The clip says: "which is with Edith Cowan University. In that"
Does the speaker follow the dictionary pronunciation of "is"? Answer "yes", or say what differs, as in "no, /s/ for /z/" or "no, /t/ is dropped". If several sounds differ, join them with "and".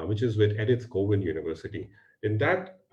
yes